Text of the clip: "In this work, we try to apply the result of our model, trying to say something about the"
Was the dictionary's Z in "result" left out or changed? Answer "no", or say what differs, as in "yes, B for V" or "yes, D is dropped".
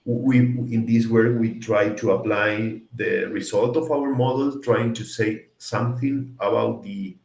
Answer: yes, S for Z